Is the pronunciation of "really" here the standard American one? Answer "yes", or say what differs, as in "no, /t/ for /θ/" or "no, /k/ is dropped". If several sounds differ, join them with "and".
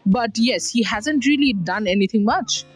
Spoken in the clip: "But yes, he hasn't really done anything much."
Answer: yes